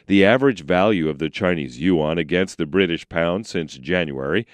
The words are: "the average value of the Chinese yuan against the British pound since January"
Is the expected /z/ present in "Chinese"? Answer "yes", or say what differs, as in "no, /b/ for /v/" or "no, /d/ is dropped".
yes